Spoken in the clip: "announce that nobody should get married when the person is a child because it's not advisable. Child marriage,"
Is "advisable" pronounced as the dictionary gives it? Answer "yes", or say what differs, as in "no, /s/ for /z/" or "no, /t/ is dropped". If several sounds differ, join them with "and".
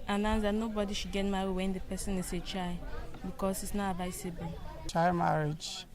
no, /s/ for /z/ and /n/ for /l/